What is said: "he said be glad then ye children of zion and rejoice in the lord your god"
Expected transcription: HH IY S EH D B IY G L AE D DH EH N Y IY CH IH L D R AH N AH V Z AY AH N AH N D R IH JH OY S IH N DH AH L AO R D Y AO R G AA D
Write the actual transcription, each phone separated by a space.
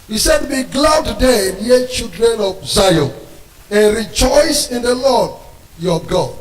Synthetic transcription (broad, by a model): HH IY S EH D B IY G L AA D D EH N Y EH CH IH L D R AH N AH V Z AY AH AH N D R IH JH OY S IH N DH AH L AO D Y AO G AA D